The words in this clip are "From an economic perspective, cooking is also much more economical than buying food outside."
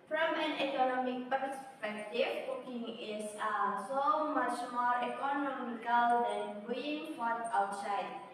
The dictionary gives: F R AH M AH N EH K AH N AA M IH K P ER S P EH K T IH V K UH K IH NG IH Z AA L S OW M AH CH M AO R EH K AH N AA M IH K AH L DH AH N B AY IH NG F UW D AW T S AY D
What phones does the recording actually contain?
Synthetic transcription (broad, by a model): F R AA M AH N EH K AH N AA M IH K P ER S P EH K T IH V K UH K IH NG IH S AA S OW M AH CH M AO R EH K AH N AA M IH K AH L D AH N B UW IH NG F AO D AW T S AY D